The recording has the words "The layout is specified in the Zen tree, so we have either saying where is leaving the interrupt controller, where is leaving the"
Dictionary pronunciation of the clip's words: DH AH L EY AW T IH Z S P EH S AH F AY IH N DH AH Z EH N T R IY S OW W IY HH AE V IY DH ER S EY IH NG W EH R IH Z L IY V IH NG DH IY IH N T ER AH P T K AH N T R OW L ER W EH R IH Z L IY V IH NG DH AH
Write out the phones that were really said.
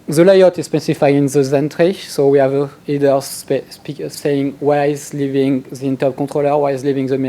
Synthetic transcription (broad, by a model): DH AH L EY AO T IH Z S P EH S AH F AY IH N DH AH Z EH N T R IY S OW W IY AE V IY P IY S EY IH NG W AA IH Z L IY V IH NG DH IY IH N T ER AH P K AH T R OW L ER W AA IH Z L IY V IH NG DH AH